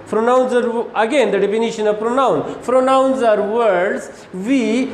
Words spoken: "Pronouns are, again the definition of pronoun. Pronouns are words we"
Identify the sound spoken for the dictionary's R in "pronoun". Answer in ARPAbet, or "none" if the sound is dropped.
R